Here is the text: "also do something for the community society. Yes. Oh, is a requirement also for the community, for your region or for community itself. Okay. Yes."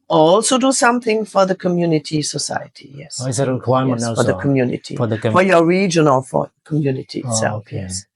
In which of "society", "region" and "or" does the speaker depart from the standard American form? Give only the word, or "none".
or